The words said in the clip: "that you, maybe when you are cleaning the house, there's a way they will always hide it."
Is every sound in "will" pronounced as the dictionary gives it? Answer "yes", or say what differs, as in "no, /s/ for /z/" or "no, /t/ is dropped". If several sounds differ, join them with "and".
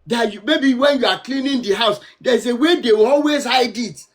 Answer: no, /w/ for /l/